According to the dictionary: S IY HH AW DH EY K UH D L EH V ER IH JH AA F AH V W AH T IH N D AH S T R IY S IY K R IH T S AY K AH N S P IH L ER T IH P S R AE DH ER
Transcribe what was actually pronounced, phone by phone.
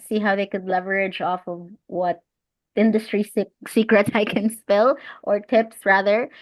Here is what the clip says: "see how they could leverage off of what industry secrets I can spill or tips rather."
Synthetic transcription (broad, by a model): S IY HH AW DH EY K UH D L EH V ER IH JH AA F AH V W AH T IH N D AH S T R IY S IY K R IH T S AY K AH N S P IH L ER T IH P S R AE DH ER